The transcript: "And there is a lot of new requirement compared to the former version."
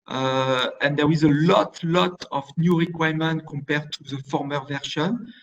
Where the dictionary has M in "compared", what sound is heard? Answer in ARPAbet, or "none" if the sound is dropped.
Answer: M